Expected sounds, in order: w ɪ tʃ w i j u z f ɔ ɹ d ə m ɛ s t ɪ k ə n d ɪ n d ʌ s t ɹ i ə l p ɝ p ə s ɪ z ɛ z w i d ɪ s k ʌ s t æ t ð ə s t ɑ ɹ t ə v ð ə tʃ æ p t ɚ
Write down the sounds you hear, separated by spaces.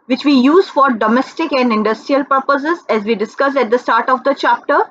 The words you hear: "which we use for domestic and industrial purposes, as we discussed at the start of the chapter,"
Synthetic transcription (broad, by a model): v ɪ tʃ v i j u z f ɔ ɹ d ə m ɛ s t ɪ k ə n d ɪ n d ʌ s t ɹ i ə l p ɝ p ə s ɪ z ɛ z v i d ɪ s k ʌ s æ t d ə s t ɑ ɹ t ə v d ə tʃ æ p t ɚ